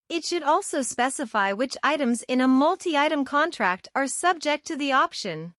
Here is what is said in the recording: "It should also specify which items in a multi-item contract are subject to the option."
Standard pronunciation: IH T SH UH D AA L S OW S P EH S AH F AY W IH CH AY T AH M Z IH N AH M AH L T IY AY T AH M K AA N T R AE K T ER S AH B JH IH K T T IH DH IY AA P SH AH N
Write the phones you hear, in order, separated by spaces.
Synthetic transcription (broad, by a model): IH T SH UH D AA L S OW S P EH S AH F AY W IH CH AY T AH M Z IH N AH M AH L T IY AY T AH M K AA N T R AE K T ER S AH B JH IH K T T IH DH IY AA P SH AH N